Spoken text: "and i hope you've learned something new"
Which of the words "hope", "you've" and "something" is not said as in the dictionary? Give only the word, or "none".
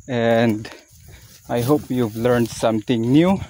something